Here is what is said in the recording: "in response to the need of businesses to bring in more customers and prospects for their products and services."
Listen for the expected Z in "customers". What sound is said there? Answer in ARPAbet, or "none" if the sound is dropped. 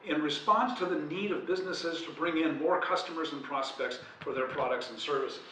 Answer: Z